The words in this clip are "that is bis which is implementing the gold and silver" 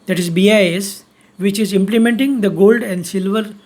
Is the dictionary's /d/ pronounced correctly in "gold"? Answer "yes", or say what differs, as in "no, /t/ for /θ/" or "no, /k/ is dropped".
yes